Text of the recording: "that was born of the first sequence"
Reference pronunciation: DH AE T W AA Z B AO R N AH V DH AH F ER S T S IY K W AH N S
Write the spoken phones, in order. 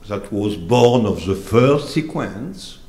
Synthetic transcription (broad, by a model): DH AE T W AA Z B AO R N AH V DH AH F ER S T S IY K W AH N S